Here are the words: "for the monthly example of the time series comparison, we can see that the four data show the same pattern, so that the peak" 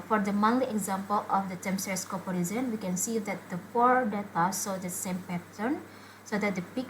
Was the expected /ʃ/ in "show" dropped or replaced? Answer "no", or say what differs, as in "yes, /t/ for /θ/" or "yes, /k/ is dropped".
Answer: yes, /s/ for /ʃ/